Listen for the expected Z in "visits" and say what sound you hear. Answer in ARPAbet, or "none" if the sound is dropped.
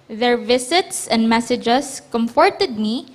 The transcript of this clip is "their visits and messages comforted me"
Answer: S